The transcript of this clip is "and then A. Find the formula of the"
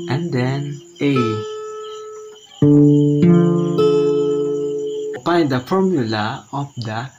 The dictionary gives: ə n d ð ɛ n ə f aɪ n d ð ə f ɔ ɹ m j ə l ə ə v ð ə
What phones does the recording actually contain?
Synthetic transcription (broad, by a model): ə n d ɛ n ə p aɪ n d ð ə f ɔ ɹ m j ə l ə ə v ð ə